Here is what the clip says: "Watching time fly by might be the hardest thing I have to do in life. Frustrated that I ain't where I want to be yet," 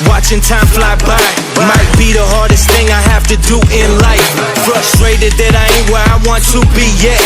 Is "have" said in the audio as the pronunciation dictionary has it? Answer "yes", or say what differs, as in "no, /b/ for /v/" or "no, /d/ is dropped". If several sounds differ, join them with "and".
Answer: no, /f/ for /v/